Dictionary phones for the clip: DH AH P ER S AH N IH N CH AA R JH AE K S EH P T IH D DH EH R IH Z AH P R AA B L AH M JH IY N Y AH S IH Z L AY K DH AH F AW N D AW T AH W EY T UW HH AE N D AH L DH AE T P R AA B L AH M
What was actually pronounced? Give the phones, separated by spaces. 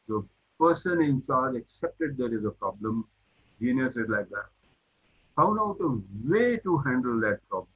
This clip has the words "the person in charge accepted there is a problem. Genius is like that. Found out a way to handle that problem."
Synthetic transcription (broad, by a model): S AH P ER S AH N IH N S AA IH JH AE K S EH P T IH D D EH R IH Z AH P R AA B L AH M JH IY N Y AH S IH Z L AY K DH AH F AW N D AW T AH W EY T UW HH AE N D AH L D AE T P R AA B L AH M